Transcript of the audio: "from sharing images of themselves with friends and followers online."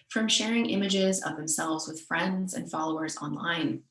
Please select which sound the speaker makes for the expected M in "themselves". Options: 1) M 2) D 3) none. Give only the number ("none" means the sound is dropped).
1